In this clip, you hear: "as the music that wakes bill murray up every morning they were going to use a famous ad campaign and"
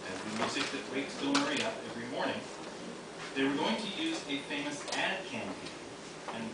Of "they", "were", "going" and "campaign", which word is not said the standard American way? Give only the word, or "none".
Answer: campaign